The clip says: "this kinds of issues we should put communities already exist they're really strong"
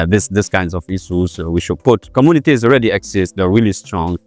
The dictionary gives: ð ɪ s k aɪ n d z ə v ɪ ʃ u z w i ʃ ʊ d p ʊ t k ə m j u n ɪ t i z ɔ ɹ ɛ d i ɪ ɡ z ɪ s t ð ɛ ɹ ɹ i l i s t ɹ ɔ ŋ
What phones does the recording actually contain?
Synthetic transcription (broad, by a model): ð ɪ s k aɪ n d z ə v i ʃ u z w i ʃ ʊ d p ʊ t k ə m j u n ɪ t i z ɔ ɹ ɛ d i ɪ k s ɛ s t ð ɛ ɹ ɹ i l i s t ɹ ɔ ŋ